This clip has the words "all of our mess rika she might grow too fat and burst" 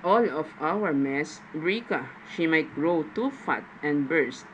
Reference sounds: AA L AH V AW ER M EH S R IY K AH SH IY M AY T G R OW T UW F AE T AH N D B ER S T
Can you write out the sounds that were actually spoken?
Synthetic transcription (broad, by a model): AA L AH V AW ER M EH S R IY K AH SH IY M AY T G R OW T UW F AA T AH N B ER S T